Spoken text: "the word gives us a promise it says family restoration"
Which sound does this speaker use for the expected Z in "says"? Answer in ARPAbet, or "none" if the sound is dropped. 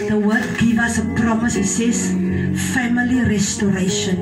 S